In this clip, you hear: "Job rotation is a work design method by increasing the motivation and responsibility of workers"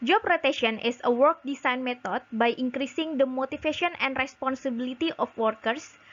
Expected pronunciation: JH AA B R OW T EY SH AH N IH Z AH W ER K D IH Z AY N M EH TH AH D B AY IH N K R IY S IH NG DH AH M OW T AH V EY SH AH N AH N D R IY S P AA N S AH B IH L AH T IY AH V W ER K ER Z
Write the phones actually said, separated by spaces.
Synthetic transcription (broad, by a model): JH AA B R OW T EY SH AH N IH S AH W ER K D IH S AY N M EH T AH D B AY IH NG K R IY S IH NG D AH M OW T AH F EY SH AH N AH N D R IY S P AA N S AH B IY L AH T IY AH F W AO K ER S